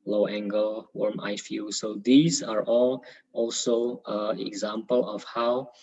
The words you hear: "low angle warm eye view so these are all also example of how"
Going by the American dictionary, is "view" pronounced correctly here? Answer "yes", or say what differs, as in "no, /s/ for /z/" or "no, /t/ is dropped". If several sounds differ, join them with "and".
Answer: no, /f/ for /v/